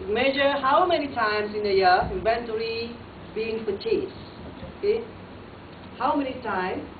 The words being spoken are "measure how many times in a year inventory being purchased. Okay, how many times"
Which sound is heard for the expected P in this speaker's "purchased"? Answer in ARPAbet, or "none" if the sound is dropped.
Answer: F